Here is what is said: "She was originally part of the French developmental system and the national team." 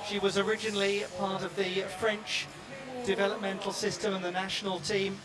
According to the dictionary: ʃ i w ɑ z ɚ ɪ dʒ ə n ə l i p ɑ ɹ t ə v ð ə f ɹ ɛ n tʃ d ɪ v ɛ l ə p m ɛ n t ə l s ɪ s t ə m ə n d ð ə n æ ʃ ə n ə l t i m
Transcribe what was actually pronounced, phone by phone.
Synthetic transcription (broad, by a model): ʃ i w ɑ z ɚ ɪ dʒ ə n ə l i p ɑ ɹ t ə v ð ə f ɹ ɛ n tʃ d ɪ v ɛ l ə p m ɛ n t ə l s ɪ s t ə m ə n ð ə n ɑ ʃ ə n ə l t i m